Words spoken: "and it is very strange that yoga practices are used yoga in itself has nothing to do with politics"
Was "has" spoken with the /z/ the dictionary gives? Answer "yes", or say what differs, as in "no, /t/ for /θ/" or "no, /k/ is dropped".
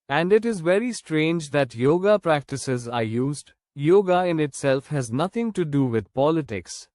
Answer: yes